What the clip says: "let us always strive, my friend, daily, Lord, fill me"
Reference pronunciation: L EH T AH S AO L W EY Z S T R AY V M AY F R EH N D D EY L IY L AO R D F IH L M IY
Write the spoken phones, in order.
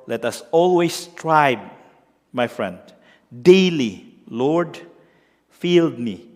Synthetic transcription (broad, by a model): L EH T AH S AO L W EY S T R AY B M AY F R EH N D D EY L IY L AO R D F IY L M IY